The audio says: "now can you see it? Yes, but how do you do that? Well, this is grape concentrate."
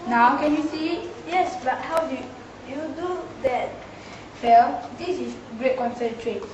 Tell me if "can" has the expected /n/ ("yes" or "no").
yes